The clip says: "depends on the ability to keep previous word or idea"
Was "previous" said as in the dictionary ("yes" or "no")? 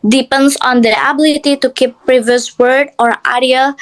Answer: yes